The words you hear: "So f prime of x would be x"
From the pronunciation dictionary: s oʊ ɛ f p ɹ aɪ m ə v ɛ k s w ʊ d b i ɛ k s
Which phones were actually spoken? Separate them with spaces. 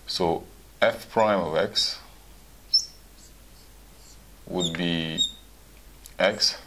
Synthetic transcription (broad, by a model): s oʊ ɛ f p ɹ aɪ m ə v ɛ k s w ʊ d b i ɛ k s